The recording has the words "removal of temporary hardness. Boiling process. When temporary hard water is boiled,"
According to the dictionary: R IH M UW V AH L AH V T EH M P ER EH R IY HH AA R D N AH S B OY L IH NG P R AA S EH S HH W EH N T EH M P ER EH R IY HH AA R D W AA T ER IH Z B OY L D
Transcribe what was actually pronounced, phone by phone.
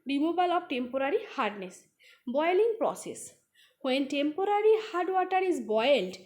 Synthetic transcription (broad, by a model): R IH M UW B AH L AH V T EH M P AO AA R IY HH AA R D N AH S B OY L IH NG P R AA S EH S HH W EH N T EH M P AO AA R IY HH AA R D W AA T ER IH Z B OY L D